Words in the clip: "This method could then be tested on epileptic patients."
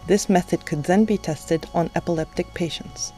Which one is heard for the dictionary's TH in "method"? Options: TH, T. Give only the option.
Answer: TH